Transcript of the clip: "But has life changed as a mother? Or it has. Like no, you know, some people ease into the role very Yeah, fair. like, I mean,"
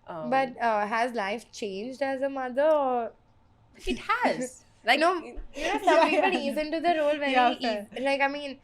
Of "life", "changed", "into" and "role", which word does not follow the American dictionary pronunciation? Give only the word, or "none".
none